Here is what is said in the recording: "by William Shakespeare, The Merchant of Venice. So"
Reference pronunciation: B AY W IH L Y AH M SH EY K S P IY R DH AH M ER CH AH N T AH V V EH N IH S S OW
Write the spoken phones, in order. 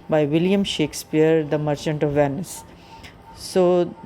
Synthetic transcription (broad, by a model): B AY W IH L Y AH M SH EY K S P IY R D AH M ER CH AH N T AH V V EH N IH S S OW